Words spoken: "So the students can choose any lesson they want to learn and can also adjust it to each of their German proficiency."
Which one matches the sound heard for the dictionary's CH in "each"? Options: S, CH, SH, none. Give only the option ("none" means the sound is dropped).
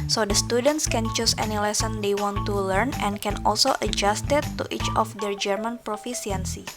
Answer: CH